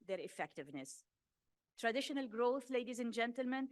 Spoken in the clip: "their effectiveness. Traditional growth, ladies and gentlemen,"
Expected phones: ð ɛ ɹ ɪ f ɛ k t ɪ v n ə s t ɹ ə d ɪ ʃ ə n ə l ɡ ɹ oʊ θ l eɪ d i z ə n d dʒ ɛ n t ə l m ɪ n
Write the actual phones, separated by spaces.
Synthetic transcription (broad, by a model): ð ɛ ɹ ɪ f ɛ k t ɪ v n ə s t ɹ ə d ɪ ʃ ə n ə l ɡ ɹ oʊ θ l eɪ d i z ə n dʒ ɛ n t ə l m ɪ n